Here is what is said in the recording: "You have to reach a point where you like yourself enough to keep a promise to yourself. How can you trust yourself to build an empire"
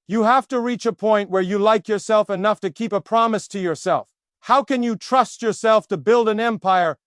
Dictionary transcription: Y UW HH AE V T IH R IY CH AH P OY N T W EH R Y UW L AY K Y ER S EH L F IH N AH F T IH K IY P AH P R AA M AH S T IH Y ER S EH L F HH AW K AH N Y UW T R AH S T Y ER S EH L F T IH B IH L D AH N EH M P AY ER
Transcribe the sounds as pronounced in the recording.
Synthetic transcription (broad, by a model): Y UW HH AE F T IH R IY CH AH P OY N T W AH R Y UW L AY K Y ER S EH L F IH N AH F T IH K IY P AH P R AA M AH S T IH Y ER S EH L F HH AW K AH N Y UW T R AH S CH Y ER S EH L F T IH B IH L D AH N EH M P AY ER